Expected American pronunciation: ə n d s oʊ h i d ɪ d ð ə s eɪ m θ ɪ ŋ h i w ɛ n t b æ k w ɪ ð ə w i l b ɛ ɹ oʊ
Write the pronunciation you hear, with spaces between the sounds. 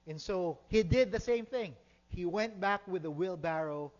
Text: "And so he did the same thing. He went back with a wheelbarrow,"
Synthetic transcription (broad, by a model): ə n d s oʊ h i d ɪ d ð ə s eɪ m θ ɪ ŋ h i w ɛ n t b æ k w ɪ ð ə w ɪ l b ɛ ɹ oʊ